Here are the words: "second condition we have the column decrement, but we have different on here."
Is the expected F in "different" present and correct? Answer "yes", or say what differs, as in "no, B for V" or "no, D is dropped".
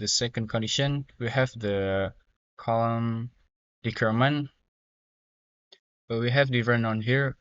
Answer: no, F is dropped